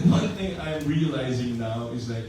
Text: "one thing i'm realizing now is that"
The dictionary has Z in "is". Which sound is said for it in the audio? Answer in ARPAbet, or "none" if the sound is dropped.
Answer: Z